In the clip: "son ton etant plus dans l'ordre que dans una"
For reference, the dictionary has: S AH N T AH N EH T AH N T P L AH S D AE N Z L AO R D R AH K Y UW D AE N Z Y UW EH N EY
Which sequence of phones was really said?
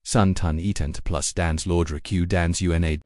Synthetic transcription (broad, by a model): S AH N T AH N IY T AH N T P L AH S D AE N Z L AO R D R AH K Y UW D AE N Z Y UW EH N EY